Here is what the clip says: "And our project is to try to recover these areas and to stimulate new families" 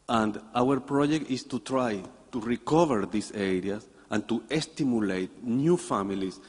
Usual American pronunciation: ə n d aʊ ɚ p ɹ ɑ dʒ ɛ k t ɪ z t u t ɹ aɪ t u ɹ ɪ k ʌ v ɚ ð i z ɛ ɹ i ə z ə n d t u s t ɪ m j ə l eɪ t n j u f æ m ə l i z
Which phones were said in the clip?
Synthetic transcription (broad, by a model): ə n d aʊ ɚ p ɹ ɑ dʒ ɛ k t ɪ s t u t ɹ aɪ t u ɹ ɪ k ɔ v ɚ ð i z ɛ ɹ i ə s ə n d t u s t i m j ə l eɪ t n j u f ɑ m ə l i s